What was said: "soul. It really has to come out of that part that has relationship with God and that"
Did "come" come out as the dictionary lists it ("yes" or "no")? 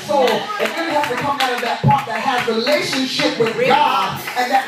yes